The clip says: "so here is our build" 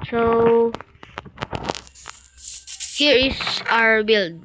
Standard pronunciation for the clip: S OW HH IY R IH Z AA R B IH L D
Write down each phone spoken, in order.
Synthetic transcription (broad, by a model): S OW HH IY R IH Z AA R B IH L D